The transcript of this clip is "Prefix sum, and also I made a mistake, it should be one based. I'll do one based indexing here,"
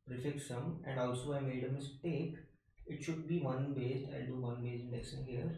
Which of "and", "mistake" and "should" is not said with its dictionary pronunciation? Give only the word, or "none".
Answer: none